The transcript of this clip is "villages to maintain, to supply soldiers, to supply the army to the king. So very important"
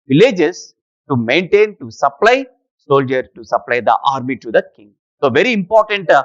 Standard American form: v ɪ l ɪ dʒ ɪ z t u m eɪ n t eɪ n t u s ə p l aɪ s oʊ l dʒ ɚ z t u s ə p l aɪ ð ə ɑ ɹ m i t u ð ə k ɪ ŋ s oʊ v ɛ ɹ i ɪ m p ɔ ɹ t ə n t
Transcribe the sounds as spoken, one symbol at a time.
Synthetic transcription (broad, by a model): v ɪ l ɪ dʒ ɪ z t u m eɪ n t eɪ n t u s ə p l aɪ s oʊ l dʒ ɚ t u s ə p l aɪ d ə ɑ ɹ m i t u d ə k ɪ ŋ s oʊ v ɛ ɹ i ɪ m p ɔ ɹ t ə n t